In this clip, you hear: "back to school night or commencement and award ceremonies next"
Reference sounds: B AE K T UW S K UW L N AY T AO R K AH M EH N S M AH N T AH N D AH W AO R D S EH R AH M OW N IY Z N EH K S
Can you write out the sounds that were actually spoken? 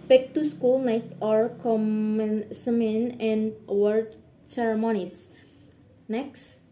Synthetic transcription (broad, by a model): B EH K T UW S K UW L N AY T AO R K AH M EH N S M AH N AH N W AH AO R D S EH R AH M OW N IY S N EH K S